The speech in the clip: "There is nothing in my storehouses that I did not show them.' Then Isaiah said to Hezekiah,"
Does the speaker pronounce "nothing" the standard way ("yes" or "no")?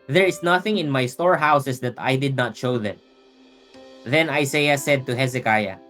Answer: yes